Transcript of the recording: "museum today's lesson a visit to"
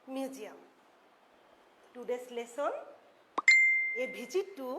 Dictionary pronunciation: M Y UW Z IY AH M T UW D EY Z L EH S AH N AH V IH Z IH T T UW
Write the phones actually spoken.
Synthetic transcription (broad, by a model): M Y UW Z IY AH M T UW D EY S L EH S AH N AH B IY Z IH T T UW